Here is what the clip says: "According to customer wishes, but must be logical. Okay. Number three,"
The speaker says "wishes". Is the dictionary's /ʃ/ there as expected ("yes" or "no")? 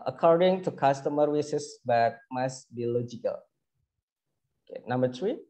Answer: no